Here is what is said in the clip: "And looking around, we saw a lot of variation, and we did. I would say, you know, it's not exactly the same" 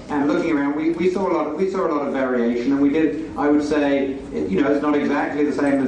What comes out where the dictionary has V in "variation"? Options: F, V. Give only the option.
V